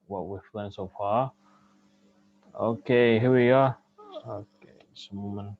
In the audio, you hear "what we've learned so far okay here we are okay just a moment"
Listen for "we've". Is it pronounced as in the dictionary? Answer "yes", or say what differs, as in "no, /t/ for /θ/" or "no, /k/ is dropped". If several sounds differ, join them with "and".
no, /f/ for /v/